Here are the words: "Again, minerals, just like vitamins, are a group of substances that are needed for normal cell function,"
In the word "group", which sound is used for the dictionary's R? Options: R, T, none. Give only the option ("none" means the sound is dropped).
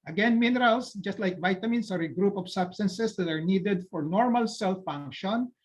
R